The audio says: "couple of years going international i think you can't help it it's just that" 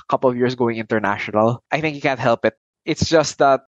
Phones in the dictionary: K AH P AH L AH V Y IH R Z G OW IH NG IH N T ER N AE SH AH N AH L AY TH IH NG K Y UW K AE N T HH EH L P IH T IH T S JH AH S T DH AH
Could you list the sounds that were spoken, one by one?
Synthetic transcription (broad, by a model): K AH P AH L AH V Y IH R S G OW IH NG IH N T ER N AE SH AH N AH L AY TH IH NG K Y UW K AE N T HH EH L P IH T IH T S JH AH S T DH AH